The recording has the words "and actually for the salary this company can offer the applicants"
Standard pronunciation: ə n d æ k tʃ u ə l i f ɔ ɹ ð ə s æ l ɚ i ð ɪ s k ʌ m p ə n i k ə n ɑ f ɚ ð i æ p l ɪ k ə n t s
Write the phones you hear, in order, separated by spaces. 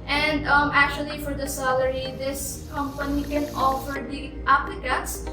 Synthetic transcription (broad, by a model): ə n d æ k tʃ u ə l i f ɔ ɹ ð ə s æ l ɚ i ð ɪ s k ʌ m p ə n i k ə n ɑ f ɚ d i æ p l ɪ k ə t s